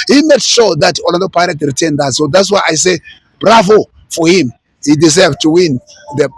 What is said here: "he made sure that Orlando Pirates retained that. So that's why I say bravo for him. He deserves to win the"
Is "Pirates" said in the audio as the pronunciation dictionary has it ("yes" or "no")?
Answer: no